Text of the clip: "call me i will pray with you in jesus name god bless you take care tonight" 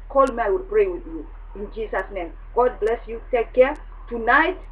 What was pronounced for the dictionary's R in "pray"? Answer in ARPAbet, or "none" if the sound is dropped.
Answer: R